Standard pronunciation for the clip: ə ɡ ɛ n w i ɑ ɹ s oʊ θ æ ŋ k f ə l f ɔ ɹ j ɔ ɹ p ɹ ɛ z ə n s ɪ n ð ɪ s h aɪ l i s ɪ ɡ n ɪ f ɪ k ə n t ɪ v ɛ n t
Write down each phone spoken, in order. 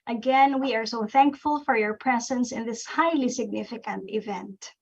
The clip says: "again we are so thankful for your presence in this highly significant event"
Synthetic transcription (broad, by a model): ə ɡ ɛ n w i ɑ ɹ s oʊ θ æ ŋ k f ə l f ɔ ɹ j ɔ ɹ p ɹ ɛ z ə n s ɪ n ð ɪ s h aɪ l i s ɪ ɡ n ɪ f ɪ k ə n t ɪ v ɛ n t